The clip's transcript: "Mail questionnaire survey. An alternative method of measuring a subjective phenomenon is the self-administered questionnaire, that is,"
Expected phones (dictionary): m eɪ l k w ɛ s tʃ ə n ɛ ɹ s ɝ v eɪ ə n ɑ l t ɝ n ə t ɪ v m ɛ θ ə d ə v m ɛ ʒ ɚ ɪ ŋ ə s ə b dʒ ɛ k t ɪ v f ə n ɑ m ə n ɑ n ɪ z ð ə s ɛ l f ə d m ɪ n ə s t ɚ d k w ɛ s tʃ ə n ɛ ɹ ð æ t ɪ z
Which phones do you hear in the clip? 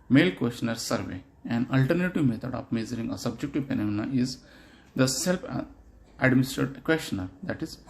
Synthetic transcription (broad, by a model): m eɪ l k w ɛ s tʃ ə n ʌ ɹ s ɝ v eɪ ə n ɑ l t ɝ n ə t ɪ v m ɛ t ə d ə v m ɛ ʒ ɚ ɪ ŋ ə s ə b dʒ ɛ k t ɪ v p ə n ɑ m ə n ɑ ɪ z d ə s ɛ l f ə d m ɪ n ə s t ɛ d k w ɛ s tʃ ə n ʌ ɹ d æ t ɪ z